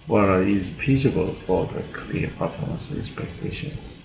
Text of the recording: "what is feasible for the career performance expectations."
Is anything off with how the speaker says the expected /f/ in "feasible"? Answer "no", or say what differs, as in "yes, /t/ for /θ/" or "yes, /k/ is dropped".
yes, /p/ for /f/